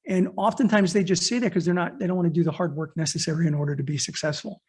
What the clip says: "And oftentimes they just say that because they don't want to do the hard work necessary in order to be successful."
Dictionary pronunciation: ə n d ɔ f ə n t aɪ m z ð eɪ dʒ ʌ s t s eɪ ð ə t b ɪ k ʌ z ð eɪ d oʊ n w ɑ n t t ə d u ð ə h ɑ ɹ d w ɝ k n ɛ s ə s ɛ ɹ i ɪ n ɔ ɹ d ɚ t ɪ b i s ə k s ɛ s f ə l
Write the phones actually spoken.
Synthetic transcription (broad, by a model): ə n ɔ f ə n t aɪ m z ð eɪ dʒ ʌ s t s eɪ ð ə t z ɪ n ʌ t ð eɪ d oʊ n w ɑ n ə d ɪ ð ə h ɑ ɹ d w ɝ k n ɛ s ə s ɛ ɹ i ɪ n ɔ ɹ d ɚ t ɪ b i s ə k s ɛ s f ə l